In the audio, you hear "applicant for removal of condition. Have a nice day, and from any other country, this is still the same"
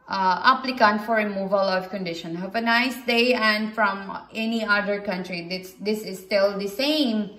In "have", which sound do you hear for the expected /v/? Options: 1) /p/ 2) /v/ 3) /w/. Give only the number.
1